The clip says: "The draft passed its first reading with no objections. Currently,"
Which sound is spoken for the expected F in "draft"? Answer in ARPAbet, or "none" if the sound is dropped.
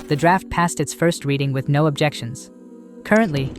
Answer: F